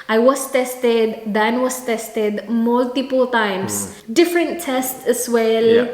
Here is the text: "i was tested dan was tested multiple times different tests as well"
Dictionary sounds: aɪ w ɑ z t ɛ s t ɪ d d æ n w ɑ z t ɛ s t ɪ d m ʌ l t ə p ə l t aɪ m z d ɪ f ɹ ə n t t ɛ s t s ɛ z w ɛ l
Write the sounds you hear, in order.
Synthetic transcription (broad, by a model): aɪ w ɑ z t ɛ s t ɪ d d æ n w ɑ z t ɛ s t ɪ d m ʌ l t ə p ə l t aɪ m s d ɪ f ɹ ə n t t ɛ s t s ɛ s w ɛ l